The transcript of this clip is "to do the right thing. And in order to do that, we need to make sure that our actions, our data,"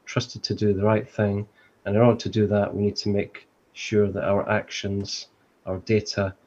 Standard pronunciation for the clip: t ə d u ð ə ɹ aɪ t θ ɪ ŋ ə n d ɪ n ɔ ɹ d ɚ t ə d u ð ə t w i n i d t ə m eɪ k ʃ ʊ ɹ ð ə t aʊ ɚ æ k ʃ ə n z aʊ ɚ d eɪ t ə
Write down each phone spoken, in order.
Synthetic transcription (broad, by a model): t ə d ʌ ð ə ɹ aɪ t θ ɪ ŋ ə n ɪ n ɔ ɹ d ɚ t ə d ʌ ð ə t w i n i d t ə m eɪ k ʃ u ɹ ð ə t aʊ ɚ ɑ k ʃ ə n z aʊ ɚ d eɪ t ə